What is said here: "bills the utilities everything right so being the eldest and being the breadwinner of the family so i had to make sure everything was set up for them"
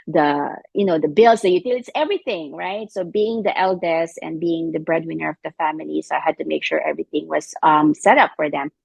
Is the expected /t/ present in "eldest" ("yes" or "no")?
no